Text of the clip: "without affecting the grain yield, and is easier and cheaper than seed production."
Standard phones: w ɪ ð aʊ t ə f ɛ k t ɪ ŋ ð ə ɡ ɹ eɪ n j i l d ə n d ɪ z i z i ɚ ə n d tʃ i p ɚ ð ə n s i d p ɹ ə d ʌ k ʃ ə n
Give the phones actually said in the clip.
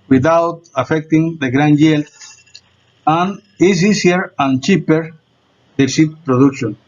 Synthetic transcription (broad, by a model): w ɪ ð aʊ t ə f ɛ k t ɪ ŋ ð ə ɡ ɹ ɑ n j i l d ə n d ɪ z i s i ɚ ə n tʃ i p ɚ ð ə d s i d p ɹ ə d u k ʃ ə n